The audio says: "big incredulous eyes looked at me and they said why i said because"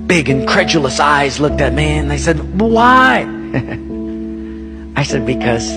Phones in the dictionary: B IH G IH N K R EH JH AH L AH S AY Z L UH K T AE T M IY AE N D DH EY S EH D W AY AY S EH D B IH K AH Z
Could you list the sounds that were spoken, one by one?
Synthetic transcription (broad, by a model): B IH G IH N K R EH JH L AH S AY Z L UH K T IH T M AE N DH EY S EH D W AY AY S EH D B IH K AH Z